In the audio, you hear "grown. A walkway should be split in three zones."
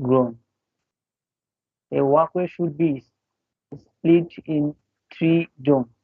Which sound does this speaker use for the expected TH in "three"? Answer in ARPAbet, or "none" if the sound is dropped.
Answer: T